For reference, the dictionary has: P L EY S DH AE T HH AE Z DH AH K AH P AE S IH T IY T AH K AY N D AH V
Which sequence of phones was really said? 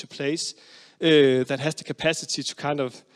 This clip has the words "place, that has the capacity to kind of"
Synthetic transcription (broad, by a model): P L EY S DH AE T HH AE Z DH AH K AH P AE S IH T IY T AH K AY N D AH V